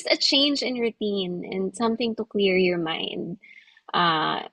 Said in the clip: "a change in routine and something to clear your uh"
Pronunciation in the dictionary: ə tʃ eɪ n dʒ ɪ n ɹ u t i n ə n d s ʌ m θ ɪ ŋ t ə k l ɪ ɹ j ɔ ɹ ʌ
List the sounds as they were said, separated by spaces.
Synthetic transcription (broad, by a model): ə tʃ eɪ n dʒ ɪ n ɹ u t i n ə n d s ʌ m θ ɪ ŋ t ə k l ɪ ɹ j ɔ ɹ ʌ